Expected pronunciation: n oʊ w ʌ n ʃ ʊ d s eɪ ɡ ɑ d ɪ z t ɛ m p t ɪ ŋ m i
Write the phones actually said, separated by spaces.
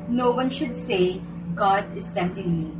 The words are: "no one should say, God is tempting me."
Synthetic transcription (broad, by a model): n oʊ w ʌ n ʃ ʊ d s eɪ ɡ ɑ d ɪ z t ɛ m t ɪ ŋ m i